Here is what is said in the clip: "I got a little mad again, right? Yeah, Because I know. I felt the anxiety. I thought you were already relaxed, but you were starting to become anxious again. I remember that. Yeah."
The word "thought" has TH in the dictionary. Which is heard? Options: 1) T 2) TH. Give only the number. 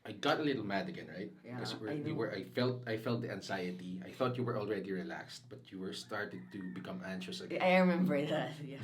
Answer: 2